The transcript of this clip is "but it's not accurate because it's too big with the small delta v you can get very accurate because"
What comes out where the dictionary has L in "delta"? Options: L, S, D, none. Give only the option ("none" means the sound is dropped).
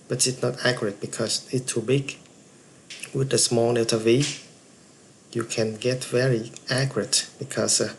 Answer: none